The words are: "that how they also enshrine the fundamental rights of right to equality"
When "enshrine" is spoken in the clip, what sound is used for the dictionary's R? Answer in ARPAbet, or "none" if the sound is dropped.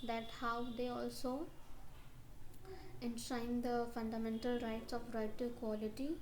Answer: none